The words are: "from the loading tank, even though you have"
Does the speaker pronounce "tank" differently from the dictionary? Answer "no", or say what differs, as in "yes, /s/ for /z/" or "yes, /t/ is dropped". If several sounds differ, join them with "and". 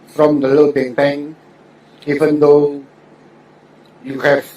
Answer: yes, /k/ is dropped